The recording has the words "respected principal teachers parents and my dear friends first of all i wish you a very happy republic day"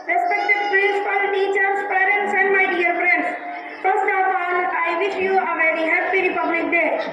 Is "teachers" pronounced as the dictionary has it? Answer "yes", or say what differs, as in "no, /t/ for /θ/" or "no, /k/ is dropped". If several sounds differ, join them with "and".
no, /s/ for /z/